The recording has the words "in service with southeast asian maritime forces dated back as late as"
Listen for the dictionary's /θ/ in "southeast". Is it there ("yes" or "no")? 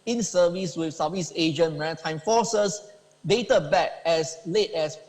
no